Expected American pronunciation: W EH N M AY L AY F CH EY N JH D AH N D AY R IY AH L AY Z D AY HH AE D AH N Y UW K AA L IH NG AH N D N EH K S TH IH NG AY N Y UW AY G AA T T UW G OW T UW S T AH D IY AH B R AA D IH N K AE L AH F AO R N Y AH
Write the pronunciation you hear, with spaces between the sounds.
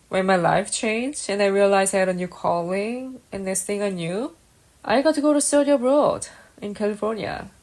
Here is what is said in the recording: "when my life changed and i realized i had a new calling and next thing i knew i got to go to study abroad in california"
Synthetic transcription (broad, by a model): W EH N M AY L AY F CH EY N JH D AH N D AY R IY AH L AY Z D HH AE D AH N Y UW K AA L IH NG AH N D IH S TH IH NG AY N Y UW AY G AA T T UW G OW T UW S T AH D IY AH B R AA D IH N K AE L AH F AO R N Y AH